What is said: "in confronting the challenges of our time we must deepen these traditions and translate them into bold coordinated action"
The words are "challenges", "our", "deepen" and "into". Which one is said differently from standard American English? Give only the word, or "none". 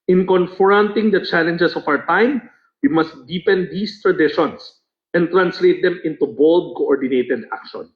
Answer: challenges